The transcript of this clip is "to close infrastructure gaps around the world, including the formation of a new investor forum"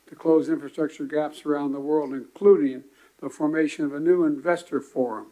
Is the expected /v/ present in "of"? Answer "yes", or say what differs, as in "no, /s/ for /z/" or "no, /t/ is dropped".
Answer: yes